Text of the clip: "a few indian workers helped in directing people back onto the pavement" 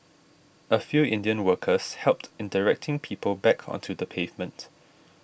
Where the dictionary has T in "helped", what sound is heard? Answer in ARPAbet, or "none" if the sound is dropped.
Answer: T